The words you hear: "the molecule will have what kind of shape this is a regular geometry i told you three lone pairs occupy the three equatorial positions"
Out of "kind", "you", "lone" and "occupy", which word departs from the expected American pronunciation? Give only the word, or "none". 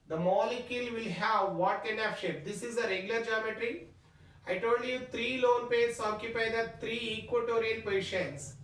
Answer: kind